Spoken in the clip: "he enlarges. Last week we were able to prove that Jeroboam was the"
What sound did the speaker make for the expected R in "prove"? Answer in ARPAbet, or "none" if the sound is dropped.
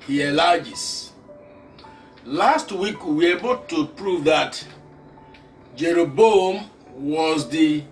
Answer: R